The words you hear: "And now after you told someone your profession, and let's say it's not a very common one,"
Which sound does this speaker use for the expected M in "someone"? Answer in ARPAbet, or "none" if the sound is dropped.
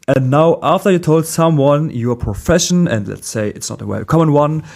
M